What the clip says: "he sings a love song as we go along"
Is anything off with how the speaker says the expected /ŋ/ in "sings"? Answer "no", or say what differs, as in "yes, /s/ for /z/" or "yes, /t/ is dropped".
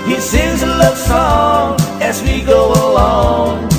yes, /ŋ/ is dropped